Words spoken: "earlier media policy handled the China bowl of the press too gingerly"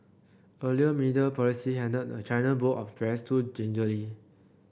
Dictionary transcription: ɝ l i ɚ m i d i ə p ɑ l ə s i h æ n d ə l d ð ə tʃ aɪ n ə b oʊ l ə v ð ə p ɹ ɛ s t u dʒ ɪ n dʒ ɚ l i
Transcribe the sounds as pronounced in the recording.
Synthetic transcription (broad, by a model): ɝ l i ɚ m i d i ə p ɑ l ə s i h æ n d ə d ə tʃ aɪ n ə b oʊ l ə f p ɹ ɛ s t u dʒ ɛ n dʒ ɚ l i